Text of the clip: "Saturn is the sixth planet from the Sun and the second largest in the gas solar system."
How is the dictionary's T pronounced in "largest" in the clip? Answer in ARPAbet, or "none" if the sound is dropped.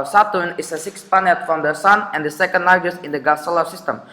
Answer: none